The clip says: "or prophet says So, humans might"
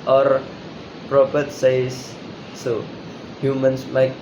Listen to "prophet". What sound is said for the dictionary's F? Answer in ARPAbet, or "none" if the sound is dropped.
P